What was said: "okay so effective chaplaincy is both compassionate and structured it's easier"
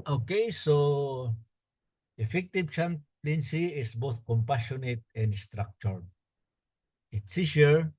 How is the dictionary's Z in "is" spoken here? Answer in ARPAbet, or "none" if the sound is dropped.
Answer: S